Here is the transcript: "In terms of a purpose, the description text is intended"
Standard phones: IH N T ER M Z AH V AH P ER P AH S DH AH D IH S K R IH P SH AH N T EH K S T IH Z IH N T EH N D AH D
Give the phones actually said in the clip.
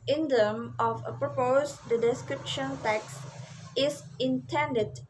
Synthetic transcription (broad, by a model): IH N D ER M AH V AH P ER P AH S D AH D IH S K R IH P SH AH N T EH K S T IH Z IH N T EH N D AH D